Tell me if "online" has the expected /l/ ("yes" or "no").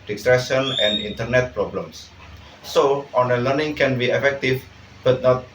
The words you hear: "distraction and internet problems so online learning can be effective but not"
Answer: no